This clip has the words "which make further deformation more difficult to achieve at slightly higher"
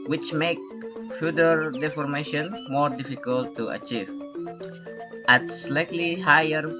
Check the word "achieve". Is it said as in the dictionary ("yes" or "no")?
yes